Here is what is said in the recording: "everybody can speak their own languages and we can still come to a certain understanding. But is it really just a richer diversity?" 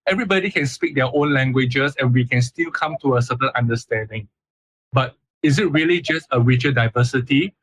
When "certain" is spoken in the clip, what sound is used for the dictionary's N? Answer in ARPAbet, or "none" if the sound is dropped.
L